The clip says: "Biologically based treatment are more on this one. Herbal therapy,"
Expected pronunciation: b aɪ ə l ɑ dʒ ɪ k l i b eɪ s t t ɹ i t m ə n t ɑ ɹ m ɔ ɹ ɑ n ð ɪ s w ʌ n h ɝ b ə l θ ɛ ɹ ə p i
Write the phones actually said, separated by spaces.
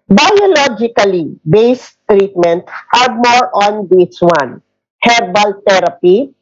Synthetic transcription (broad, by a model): b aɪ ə l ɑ dʒ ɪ k l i b eɪ s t t ɹ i t m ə n t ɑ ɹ m ɔ ɹ ɑ n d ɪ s w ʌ n h ɝ b ə l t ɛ ɹ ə p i